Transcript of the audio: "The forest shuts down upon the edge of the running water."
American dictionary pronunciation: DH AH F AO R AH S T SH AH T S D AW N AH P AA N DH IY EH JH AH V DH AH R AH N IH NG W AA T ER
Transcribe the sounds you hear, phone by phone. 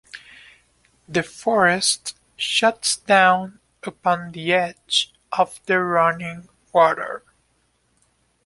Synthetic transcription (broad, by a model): DH AH F AO R AH S T SH AH T S D AW N AH P AA N DH IY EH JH AH V DH AH R AH N IH NG W AA T ER